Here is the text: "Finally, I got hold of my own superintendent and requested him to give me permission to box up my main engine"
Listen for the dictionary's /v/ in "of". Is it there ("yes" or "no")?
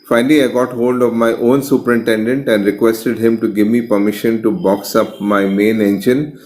yes